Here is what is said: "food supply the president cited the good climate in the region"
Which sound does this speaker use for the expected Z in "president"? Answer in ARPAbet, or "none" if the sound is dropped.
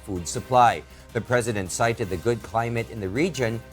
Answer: Z